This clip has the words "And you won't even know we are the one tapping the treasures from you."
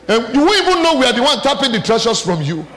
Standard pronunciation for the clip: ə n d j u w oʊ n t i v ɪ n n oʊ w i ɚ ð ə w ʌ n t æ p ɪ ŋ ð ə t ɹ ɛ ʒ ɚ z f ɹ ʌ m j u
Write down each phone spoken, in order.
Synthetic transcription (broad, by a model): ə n j u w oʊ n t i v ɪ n n oʊ w i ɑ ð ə w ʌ n t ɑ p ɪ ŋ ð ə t ɹ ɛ ʃ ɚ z f ɹ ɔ m j u